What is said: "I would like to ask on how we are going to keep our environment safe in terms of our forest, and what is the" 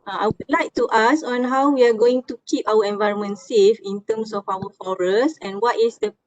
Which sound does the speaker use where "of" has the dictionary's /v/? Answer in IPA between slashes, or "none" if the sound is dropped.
/f/